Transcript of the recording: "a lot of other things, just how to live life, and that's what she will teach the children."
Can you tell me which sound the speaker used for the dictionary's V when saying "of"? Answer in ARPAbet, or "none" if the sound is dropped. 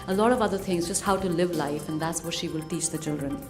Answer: V